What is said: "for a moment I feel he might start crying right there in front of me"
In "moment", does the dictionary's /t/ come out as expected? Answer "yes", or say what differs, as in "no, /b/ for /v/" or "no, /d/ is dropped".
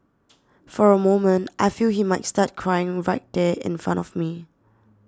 yes